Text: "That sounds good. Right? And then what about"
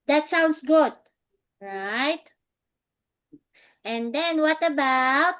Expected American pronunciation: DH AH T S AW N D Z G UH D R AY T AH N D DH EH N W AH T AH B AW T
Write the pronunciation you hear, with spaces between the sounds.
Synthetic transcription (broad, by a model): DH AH T S AW N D S G UH D R AY T AH N D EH N W AH T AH B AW T